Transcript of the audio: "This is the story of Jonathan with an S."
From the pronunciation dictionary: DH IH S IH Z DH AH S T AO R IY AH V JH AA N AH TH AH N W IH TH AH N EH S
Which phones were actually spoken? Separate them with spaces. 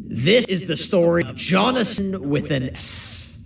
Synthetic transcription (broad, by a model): DH IH S IH Z DH AH S T AO R IY AH V JH AA N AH S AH N W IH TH AH N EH S